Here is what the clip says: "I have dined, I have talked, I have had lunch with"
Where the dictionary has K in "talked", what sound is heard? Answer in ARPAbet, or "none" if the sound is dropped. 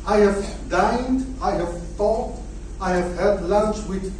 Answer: none